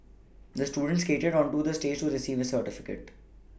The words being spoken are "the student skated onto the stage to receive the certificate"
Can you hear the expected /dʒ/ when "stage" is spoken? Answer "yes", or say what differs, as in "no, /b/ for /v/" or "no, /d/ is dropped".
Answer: yes